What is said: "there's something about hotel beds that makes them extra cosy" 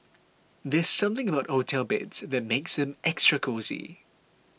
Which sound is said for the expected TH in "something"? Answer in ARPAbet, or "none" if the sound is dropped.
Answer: TH